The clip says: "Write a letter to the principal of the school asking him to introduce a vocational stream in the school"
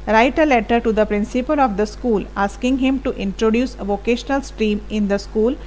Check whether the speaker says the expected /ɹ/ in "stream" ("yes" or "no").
yes